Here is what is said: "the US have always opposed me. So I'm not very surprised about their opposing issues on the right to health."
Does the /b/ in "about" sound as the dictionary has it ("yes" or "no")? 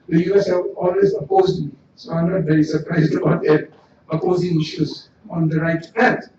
no